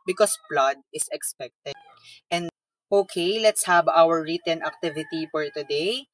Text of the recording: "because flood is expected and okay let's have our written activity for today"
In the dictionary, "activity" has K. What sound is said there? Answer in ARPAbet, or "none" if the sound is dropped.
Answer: K